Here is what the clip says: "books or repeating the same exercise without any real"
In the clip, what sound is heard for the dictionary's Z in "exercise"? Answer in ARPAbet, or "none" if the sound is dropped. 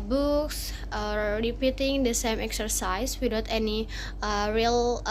S